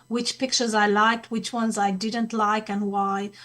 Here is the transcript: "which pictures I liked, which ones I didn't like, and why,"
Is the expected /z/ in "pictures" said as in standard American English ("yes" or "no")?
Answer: yes